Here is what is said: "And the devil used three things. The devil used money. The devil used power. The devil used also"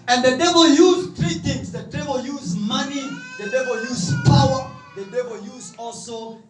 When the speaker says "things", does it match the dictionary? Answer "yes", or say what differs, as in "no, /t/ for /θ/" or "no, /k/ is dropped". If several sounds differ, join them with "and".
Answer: no, /t/ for /θ/